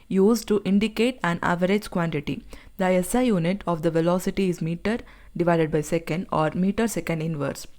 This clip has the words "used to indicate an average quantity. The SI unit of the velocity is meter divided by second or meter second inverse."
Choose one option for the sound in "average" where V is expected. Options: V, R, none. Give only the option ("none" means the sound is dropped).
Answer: V